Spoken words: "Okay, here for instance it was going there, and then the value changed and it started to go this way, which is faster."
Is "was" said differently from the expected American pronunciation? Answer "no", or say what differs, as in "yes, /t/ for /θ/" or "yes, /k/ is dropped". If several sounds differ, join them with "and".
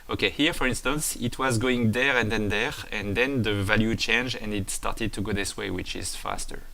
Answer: no